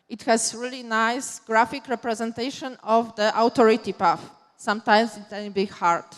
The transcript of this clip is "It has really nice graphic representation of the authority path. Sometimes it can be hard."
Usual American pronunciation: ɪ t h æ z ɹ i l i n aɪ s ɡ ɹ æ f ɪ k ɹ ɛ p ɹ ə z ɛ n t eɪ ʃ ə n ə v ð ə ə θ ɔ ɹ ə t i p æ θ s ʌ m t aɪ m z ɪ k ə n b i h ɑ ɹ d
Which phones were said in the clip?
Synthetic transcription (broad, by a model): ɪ t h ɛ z ɹ i l i n aɪ s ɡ ɹ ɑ f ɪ k ɹ ɛ p ɹ ə z ɛ n t eɪ ʃ ə n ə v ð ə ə t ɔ ɹ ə t i p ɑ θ s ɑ m t aɪ m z ɪ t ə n b i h ɑ ɹ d